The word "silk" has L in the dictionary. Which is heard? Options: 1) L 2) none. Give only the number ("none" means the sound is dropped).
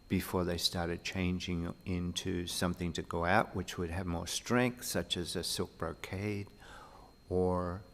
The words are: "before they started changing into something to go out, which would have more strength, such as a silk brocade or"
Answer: 1